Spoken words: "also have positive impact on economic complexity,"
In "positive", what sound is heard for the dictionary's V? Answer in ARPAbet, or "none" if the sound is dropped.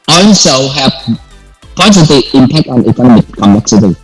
none